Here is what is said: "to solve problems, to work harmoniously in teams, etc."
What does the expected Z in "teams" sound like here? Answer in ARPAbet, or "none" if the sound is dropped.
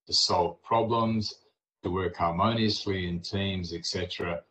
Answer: Z